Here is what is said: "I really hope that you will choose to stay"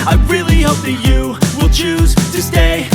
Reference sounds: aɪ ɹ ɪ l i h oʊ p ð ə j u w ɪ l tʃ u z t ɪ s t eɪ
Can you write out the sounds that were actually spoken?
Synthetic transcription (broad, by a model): aɪ ɹ ɪ l i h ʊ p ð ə j u w ɪ l tʃ u z t ɪ s t eɪ